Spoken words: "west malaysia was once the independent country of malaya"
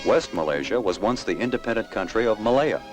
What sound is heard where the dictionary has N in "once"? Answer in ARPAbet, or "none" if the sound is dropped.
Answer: N